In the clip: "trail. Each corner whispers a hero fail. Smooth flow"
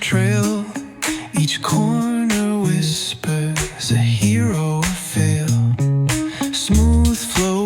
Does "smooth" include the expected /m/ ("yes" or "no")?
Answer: yes